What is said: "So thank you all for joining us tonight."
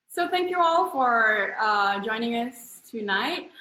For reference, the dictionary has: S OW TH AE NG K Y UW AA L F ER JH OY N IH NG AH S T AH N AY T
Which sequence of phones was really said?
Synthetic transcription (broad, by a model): S OW TH AE NG K Y UW AA L F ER JH OY N IH NG AH S T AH N AY T